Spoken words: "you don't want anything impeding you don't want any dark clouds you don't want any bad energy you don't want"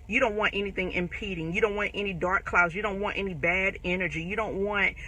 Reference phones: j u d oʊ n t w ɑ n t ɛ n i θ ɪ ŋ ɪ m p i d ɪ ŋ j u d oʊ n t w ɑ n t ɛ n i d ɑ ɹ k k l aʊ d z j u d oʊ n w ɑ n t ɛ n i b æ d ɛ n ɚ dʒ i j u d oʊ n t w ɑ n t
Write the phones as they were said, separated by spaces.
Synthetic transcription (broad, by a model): j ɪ d oʊ n t w ɑ n t ɛ n i θ ɪ ŋ ɪ m p i d ɪ ŋ j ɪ d oʊ n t w ɑ n t ɛ n i d ɑ ɹ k k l aʊ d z j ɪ d oʊ n w ɑ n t ɛ n i b æ d ɛ n ɚ dʒ i j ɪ d oʊ n t w ɑ n t